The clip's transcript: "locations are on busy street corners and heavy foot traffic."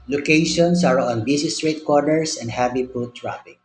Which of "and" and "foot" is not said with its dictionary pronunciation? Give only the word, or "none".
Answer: foot